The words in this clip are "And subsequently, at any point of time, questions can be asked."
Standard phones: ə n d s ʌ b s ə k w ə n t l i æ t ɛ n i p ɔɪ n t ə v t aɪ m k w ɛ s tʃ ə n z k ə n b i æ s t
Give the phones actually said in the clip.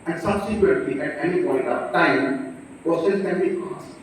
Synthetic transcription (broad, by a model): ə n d s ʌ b s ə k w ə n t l i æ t ɛ n i p ɔɪ n t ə t aɪ m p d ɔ s s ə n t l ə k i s